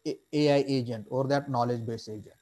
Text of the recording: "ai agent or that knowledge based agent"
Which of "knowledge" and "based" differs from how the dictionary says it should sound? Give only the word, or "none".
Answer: based